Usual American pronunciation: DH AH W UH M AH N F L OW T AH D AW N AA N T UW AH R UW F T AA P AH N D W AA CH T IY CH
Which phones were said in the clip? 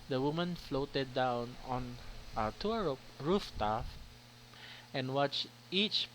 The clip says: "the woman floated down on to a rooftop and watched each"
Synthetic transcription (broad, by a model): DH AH W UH M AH N F L OW T AH D AW N AA N T UW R R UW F T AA F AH N W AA CH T IY CH